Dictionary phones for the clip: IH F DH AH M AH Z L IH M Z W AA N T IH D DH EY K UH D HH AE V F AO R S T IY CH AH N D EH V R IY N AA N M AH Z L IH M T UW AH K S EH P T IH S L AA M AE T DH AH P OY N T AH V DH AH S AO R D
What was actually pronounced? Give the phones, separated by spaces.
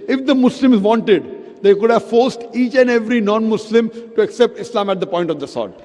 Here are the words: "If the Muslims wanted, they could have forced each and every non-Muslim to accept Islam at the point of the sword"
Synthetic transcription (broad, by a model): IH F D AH M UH S L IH M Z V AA N T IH D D EY K UH D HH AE V F AO R S T IY CH AH N D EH V R IY N AA N M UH S L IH M T UW AH K S EH P T IH S L AA M AE T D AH P OY N T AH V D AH S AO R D